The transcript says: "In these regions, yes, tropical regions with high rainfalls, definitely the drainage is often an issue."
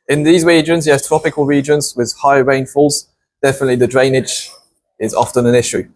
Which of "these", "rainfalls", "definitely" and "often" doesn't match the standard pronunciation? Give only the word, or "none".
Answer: none